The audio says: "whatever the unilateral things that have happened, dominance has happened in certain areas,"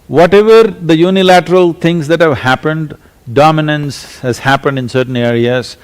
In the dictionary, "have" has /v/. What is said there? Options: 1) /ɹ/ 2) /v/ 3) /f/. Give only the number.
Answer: 2